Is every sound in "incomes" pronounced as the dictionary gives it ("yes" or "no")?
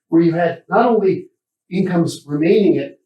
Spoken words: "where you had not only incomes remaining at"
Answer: yes